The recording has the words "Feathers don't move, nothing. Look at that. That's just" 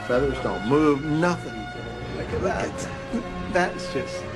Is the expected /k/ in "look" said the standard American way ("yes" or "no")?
no